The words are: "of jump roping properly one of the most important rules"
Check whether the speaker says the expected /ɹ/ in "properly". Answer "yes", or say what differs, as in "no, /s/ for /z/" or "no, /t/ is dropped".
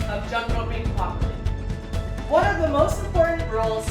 no, /ɹ/ is dropped